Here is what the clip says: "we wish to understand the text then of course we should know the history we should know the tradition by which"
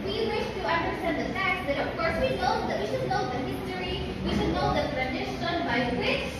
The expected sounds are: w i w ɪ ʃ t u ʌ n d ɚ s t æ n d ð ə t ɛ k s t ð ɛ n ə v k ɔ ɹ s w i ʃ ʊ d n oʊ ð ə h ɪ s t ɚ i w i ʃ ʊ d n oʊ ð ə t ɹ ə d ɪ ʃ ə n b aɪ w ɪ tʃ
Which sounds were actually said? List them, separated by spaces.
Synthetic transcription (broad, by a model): w i w ɪ ʃ t u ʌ n d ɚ s t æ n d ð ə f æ k t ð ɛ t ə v k ɔ ɹ s w i ʃ ʊ d n oʊ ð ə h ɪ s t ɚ i w i ʃ ʊ d n oʊ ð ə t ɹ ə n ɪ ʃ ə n b aɪ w ɪ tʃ